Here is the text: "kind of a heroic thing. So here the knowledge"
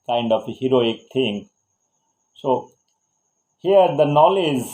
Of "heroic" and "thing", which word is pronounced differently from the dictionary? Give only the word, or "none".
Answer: thing